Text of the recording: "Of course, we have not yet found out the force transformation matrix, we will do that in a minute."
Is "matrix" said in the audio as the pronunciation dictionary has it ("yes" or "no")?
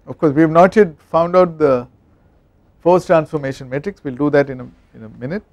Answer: yes